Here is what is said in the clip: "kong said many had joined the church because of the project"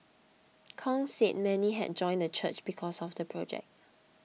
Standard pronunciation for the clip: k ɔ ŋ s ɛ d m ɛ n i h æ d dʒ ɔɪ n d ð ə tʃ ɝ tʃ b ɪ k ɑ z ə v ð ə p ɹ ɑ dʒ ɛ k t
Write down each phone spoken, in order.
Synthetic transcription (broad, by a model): k ɔ ŋ s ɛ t m ɛ n i h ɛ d dʒ ɔɪ n d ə tʃ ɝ tʃ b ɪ k ɑ s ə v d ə p ɹ ɑ dʒ ɛ k t